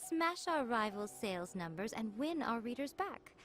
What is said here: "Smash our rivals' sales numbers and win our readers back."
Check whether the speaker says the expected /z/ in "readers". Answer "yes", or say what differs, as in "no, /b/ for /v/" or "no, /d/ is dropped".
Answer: yes